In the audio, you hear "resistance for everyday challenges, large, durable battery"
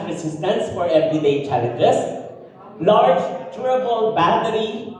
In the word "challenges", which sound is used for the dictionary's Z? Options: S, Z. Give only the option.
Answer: S